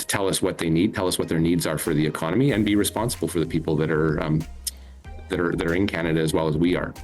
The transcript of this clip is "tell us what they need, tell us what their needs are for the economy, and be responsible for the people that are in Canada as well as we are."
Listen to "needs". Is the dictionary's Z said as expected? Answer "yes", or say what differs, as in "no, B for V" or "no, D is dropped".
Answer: yes